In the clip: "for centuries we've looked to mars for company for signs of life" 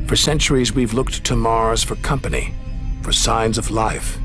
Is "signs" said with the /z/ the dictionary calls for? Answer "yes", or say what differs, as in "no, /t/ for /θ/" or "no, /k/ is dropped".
yes